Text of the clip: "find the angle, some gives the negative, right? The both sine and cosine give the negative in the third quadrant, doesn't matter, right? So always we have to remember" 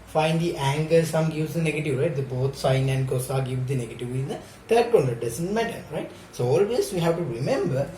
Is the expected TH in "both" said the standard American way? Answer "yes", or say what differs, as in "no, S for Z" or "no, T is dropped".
no, T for TH